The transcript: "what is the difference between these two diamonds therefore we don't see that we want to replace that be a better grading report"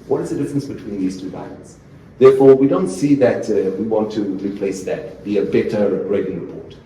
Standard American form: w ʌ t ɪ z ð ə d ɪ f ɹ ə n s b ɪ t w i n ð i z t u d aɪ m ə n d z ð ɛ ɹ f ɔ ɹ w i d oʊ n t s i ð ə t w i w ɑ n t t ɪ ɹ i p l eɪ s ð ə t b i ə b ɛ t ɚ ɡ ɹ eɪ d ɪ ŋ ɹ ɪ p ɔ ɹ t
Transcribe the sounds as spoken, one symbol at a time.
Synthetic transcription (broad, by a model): w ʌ t ɪ z ð ə d ɪ f ɹ ə n s b ɪ t w i n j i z t u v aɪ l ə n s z ð ɛ ɹ f ɔ ɹ w i d oʊ n t s i ð ə t w i w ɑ n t t ɪ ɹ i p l eɪ s ð ə t b i ə b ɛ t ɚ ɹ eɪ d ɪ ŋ ɹ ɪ p ɔ ɹ t